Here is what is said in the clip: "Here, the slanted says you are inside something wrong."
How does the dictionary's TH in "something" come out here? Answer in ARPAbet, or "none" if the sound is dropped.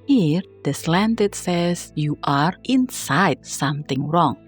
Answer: T